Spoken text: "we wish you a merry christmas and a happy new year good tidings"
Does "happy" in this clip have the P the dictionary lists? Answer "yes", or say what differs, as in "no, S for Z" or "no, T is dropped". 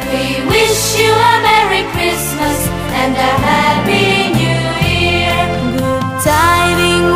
no, B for P